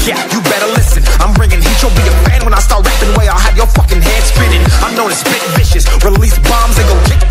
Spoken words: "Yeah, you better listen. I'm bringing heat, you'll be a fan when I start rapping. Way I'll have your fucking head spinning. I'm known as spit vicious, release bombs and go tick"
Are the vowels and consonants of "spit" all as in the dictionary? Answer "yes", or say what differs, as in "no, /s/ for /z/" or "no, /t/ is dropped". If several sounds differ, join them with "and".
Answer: no, /b/ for /p/